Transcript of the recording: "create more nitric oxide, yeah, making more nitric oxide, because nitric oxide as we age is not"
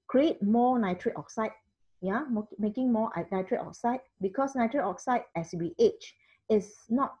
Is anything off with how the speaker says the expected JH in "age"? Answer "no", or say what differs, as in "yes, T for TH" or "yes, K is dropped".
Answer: yes, CH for JH